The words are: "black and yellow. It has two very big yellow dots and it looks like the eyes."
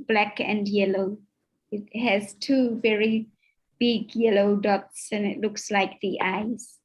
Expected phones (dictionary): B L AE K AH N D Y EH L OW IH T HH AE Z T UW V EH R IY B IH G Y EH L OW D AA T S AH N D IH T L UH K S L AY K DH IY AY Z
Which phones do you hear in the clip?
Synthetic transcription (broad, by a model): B L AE K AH N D Y EH L OW IH T HH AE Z T UW V EH R IY B IH G Y EH L OW D AA T S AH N IH T L UH K S L AY K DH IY AY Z